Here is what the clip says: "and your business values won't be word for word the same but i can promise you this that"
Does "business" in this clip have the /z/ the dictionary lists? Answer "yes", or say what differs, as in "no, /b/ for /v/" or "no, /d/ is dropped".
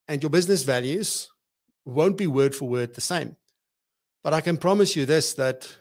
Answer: yes